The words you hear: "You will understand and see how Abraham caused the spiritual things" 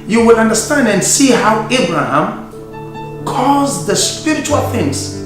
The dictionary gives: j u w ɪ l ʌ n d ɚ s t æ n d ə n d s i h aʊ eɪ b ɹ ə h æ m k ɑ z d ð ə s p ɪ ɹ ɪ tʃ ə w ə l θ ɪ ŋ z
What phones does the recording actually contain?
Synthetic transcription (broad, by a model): j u w ɪ l ʌ n d ɚ s t æ n d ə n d s i h aʊ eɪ b ɹ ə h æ m k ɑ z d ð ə s p ɪ ɹ ɪ tʃ ə w ə l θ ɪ ŋ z